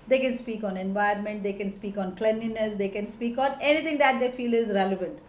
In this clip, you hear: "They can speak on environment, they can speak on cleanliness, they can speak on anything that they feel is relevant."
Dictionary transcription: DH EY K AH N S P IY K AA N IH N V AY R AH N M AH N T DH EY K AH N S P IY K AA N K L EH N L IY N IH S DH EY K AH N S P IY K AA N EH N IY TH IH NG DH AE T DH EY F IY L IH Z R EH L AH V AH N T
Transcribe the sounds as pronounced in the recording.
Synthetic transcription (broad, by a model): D EY K AH N S P IY K AA N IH N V AY AH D M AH N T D EY K AH N S P IY K AA N K L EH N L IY N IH S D EY K AH N S P IY K AA N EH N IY T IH NG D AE T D EY F IY L IH Z R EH L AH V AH N T